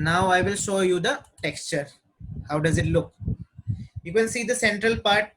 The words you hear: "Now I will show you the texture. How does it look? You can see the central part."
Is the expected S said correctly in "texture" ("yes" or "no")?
yes